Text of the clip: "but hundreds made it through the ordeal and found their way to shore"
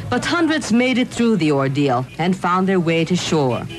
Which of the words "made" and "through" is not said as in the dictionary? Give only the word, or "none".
none